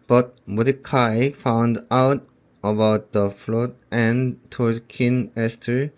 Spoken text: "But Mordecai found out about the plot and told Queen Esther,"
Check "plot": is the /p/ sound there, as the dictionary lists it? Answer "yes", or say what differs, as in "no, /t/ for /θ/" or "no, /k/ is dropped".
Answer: no, /f/ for /p/